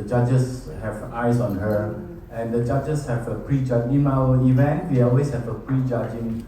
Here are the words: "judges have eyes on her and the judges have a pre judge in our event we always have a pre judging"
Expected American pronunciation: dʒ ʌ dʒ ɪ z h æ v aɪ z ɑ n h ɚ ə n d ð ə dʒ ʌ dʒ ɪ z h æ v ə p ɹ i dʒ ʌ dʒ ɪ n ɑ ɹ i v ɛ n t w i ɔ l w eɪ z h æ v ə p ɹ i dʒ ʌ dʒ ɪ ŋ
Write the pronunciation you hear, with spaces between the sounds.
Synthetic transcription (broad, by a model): dʒ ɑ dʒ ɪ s h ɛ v aɪ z ɑ n h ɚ ə n d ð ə dʒ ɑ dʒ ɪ s h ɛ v ə p ɹ i dʒ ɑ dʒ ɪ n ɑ w i v ɛ n t w i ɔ l w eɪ s h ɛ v ə p ɹ i dʒ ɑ dʒ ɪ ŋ